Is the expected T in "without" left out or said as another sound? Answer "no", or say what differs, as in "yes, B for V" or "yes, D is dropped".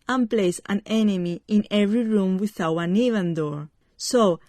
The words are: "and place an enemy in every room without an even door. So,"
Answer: yes, T is dropped